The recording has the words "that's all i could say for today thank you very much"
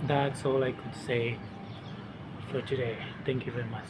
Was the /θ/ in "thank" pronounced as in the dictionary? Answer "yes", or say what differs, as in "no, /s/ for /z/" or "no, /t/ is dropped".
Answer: no, /t/ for /θ/